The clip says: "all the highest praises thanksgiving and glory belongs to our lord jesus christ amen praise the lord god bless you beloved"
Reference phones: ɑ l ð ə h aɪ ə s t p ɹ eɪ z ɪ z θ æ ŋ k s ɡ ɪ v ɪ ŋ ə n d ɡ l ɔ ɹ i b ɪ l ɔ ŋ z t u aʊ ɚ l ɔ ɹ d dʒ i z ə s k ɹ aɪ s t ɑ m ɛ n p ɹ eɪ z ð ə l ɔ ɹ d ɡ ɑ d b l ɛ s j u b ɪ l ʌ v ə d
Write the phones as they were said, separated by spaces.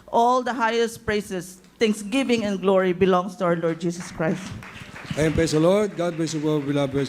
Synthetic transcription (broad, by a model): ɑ l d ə h aɪ ə s t p ɹ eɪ s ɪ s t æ ŋ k s ɡ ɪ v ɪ ŋ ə n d ɡ l ɔ ɹ i b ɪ l ɔ ŋ s t u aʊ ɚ l ɔ ɹ d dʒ i s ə s k ɹ aɪ s t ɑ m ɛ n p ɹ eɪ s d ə l ɔ ɹ d ɡ ɑ d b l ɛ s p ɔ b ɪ l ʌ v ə